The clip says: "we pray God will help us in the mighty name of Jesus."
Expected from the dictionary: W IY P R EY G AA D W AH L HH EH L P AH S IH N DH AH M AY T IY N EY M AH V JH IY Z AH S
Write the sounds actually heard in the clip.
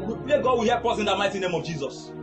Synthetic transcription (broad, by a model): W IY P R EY G AA D W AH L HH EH P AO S IH N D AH M AY T IY N EY M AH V JH IY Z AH S